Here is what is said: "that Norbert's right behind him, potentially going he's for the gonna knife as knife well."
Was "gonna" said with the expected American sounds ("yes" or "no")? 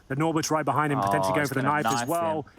no